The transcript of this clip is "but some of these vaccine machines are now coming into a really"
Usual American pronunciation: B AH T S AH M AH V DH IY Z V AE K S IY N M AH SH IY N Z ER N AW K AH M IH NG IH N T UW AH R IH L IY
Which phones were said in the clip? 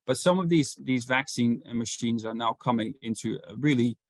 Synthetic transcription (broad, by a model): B AH T S AH M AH V DH IY Z V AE K S IY N M AH SH IY N Z ER N AW K AH M IH NG IH N T UW AH R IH L IY